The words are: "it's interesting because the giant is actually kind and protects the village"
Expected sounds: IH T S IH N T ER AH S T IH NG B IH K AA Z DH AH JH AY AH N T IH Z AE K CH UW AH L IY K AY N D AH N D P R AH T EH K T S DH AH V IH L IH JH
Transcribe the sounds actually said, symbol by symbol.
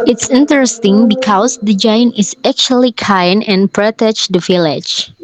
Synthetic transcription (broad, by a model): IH T S IH N T ER AH S T IH NG B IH K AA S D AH JH AY AH N T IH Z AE K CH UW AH L IY K AY N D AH N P R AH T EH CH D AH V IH L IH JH